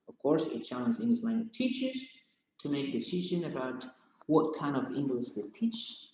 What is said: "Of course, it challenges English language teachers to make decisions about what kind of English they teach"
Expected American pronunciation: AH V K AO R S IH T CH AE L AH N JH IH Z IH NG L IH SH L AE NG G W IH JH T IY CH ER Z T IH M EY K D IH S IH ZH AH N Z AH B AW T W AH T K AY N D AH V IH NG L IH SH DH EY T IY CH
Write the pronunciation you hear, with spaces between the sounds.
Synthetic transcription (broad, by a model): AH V K AO R S IH T CH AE L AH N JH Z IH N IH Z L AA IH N T IY CH ER Z T IH M EY K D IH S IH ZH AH N AH B AW T W AH T K AY N D AH V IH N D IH S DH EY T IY CH